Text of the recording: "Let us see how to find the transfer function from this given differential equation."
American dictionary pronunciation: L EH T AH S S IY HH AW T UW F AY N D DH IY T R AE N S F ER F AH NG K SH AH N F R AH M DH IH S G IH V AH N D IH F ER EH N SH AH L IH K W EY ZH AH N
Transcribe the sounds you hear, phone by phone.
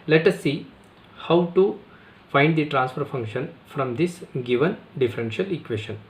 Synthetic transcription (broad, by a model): L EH T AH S S IY HH AW T UW F AY N D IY T R AE N S F ER F AH NG K SH AH N F R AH M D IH S G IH V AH N D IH F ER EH N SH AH L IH K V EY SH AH N